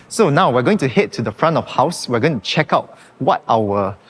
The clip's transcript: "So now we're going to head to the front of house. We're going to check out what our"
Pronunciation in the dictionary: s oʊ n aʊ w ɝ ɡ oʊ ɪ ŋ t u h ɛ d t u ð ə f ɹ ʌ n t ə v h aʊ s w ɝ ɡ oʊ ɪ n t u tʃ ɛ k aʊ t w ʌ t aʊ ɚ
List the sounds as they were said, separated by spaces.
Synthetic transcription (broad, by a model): s oʊ n aʊ w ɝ ɡ oʊ ɪ ŋ t u h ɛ t u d ə f ɹ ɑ n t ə f h aʊ s w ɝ ɡ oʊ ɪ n t u tʃ ɛ k aʊ t w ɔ t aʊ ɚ